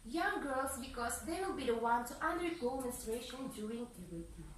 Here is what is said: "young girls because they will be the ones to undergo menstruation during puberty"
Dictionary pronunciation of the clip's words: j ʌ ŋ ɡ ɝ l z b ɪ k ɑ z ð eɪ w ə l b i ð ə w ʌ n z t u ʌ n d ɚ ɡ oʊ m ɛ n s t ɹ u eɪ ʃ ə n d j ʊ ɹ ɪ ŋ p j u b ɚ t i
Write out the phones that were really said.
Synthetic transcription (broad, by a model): j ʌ ŋ ɡ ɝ l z b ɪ k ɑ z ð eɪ w ə l b i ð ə w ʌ n t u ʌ n d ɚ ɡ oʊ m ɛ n s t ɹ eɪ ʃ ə n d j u ɹ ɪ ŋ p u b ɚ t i